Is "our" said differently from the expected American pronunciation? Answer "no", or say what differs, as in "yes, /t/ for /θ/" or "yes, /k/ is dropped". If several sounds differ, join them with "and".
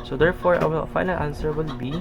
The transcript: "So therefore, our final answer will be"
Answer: yes, /l/ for /ɹ/